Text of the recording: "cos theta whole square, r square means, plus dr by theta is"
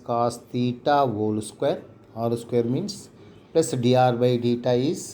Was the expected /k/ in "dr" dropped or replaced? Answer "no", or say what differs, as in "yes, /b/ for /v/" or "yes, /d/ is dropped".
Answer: yes, /k/ is dropped